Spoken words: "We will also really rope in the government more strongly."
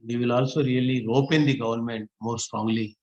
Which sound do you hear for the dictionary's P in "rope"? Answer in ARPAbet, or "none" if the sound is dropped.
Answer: P